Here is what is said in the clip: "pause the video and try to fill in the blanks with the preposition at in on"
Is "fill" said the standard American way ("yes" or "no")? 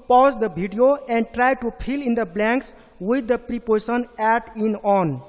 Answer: no